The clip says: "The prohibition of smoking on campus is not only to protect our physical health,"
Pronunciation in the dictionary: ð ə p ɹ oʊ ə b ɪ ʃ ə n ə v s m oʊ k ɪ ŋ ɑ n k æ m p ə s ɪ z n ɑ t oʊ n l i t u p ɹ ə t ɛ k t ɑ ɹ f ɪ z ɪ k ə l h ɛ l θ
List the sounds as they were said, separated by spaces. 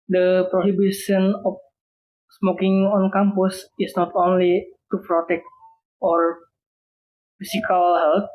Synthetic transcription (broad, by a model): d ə p ɹ oʊ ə b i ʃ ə n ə f s m oʊ k ɪ ŋ ɑ n k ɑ m p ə s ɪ s n ɑ t oʊ n l i t u p ɹ ə t ɛ k t ɑ ɹ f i s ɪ k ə l h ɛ l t